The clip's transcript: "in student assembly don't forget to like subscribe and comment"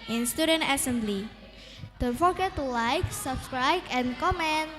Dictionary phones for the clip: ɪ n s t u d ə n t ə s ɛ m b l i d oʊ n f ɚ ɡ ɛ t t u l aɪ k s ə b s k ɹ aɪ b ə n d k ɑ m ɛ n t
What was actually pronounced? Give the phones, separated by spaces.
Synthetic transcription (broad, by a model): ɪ n s t u d ə n t ə s ɛ m b l i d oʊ f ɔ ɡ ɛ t t u l aɪ k s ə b s k ɹ aɪ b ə n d k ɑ m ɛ n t